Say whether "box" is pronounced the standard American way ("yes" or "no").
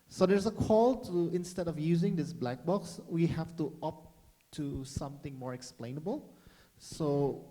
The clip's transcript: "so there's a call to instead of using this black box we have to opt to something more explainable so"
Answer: yes